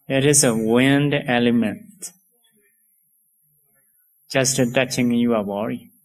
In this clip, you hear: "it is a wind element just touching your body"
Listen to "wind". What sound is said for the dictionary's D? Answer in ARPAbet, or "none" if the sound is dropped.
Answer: D